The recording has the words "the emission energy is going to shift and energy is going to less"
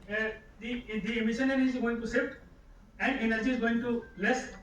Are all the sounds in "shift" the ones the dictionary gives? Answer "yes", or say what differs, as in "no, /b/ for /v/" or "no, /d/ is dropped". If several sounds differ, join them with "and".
no, /s/ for /ʃ/